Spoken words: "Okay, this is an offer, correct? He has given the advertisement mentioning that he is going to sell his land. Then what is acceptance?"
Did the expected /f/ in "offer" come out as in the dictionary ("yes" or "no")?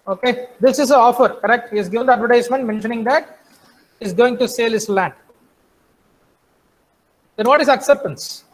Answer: yes